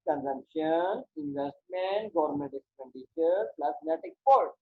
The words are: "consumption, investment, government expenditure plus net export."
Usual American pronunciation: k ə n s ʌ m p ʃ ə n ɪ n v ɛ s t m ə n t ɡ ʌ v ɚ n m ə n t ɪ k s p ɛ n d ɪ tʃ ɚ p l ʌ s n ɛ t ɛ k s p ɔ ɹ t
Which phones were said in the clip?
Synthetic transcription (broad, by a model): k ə n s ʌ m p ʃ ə n ɪ n v ɛ s t m ə n t ɡ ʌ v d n m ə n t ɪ s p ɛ n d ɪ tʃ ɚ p l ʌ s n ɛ t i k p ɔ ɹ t